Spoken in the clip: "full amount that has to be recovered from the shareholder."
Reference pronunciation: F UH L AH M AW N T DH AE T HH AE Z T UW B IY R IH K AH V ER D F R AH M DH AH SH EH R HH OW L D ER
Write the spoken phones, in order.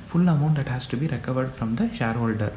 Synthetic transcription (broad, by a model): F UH L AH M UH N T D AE T HH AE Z T UW B IY R IH K AH V ER D F R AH M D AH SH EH R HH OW L D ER